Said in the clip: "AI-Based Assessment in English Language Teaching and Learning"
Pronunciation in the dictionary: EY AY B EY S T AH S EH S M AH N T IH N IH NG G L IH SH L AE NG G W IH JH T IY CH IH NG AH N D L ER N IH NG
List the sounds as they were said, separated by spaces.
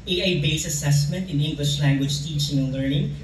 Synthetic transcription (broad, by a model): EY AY B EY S AH S EH S M AH N T IH N IH NG G L IH SH L AE NG G W IH JH T IY CH IH NG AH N L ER N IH NG